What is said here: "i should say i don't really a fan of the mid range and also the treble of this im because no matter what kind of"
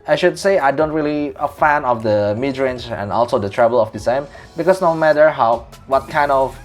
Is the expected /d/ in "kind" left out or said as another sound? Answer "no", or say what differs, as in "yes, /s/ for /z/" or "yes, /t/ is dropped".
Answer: no